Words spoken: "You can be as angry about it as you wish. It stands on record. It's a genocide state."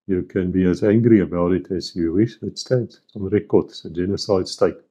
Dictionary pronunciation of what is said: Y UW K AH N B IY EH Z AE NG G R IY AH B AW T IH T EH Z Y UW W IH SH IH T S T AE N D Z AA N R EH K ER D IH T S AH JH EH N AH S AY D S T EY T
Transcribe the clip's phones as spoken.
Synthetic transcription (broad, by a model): Y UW K AH N B IY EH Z AE NG G R IY AH B AW T IH T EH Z Y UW W IH SH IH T S T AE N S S AA N R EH K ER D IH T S AH JH EH N AH S AY D S T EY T